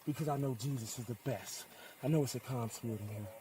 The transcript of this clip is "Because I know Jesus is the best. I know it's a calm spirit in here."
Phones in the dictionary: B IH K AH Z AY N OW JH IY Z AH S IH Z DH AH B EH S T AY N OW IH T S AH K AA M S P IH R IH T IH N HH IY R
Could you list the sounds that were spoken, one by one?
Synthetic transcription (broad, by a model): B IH K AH Z AY N OW JH IY Z AH S IH Z DH AH B EH S T AY N OW IH T S AH K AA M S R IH IH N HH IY